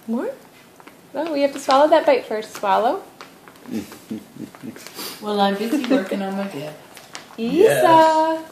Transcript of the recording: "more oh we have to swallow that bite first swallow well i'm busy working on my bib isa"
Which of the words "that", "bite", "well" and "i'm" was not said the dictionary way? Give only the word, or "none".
none